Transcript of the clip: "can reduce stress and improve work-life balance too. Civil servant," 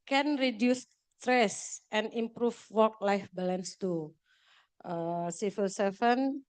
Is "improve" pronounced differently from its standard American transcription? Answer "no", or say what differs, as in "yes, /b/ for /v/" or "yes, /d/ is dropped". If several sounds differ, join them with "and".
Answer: yes, /f/ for /v/